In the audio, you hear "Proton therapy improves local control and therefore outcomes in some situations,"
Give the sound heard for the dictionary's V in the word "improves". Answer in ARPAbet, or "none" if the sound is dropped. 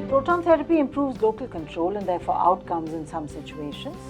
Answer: V